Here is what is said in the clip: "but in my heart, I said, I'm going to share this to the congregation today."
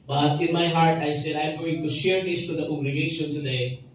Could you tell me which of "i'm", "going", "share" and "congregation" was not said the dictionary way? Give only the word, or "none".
congregation